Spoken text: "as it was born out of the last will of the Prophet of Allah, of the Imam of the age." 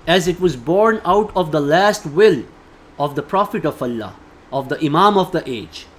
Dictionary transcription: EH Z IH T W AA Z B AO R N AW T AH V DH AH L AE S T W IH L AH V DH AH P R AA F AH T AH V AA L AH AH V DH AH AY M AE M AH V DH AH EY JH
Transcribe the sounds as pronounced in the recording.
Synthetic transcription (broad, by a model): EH Z IH T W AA Z B AO R N AW T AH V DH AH L AE S T W IH L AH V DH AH P R AA F AH T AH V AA L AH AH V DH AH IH M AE M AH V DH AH EY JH